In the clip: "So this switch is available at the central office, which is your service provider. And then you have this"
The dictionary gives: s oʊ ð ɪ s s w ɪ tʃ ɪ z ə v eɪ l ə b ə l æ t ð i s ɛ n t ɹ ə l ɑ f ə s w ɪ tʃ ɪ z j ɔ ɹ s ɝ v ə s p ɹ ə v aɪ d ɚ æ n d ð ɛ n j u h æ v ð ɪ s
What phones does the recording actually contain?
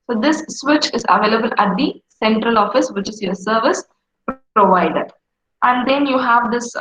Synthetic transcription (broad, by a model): s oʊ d ɪ s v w ɪ tʃ ɪ z ə v eɪ l ə b ə l æ t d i s ɛ n t ɹ ə l ɑ f ə s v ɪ tʃ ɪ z j ɔ ɹ s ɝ v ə s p ɹ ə v aɪ d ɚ æ n d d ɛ n j u h æ v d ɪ s